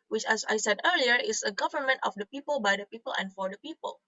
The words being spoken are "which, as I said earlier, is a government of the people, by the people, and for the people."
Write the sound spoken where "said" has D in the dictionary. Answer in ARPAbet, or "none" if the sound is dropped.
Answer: D